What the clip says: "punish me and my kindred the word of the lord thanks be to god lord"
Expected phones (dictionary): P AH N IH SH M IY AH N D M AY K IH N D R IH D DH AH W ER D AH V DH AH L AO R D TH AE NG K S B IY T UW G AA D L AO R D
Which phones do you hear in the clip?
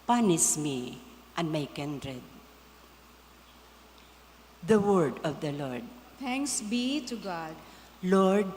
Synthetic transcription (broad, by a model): P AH N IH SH M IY AH N D M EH K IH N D R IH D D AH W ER D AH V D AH L AO R D T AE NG K S B IY T UW G AA D L AO R D